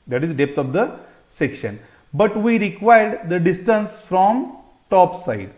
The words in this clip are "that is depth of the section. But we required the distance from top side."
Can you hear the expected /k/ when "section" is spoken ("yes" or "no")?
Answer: yes